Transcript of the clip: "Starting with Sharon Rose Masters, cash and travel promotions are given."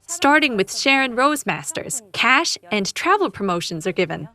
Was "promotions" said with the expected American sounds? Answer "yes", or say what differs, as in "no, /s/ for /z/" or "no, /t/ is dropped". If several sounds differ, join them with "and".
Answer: yes